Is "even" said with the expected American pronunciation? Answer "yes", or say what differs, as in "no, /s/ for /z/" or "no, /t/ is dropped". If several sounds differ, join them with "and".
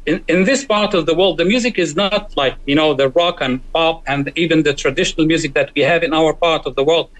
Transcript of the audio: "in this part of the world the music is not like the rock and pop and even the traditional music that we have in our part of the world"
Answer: yes